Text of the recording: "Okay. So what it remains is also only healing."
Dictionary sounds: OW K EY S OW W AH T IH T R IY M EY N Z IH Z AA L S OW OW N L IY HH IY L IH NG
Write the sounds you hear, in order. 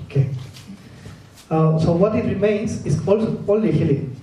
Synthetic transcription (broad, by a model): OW K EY S OW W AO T IH T R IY M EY N S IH S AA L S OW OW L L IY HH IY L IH